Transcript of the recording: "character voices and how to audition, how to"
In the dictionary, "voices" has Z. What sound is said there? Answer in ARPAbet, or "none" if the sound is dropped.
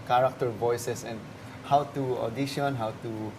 S